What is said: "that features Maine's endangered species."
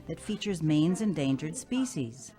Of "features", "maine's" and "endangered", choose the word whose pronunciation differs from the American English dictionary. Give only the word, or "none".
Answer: none